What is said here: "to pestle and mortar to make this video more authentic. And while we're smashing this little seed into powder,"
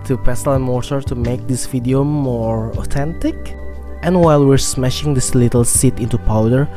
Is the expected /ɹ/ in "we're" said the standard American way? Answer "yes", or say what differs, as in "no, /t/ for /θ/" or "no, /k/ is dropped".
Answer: yes